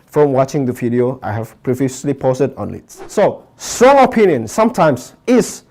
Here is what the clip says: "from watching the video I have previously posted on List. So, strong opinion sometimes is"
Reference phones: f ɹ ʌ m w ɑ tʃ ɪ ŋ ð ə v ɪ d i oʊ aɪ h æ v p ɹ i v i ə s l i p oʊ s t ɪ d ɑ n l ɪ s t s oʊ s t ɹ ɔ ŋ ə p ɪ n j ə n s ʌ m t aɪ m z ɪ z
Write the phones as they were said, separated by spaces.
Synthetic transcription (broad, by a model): f ɹ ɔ m w ɑ tʃ ɪ ŋ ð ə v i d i oʊ aɪ h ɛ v p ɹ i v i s l i p oʊ s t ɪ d ɑ n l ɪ t s oʊ s t ɹ ɔ ŋ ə p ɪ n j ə n s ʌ m t aɪ m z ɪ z